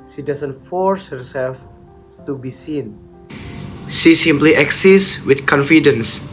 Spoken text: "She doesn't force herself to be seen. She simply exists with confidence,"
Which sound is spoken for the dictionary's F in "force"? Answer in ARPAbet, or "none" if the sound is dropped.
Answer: F